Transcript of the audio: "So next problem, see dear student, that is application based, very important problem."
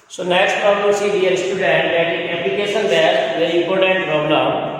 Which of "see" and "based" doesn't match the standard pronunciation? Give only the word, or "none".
based